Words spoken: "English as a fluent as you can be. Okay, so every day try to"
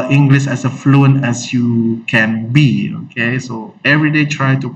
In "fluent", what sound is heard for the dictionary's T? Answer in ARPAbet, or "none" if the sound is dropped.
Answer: none